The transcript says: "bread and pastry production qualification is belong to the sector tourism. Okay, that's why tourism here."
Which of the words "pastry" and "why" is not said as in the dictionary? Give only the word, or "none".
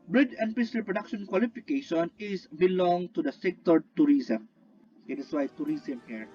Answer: pastry